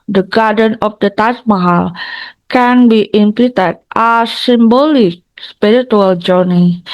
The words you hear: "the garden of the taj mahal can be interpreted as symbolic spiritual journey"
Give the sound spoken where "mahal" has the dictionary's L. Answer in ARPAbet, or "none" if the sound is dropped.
L